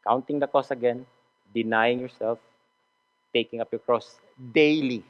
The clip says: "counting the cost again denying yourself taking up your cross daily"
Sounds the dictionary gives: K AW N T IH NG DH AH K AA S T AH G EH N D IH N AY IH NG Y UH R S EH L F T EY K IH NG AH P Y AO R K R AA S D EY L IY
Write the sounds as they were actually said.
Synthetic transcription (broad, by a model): K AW N T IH NG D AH K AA S AH G EH N D IH N AY IH NG Y UH R S EH L F T EY K IH NG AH P Y AO R K R AA S D EY L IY